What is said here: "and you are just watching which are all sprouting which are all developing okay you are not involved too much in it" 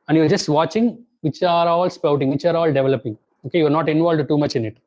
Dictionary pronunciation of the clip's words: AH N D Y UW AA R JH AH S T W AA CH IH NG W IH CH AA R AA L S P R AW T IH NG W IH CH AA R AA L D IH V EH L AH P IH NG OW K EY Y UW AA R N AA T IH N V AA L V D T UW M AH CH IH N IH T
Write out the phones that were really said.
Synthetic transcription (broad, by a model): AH N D Y UW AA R JH AH S T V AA CH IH NG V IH CH AA R AA L S P AW T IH NG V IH CH AA R AA L D IH V EH L AH P IH NG OW K EY Y UW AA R N AA T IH N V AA L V D T UW M AH CH IH N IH T